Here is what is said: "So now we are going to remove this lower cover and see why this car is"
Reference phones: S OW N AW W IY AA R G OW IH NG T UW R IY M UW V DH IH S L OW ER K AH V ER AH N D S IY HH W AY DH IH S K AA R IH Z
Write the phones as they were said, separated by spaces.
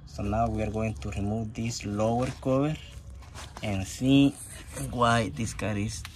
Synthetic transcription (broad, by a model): S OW N AW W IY AA R G OW IH NG T UW R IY M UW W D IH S L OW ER K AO B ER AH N S IY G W AY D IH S K AA R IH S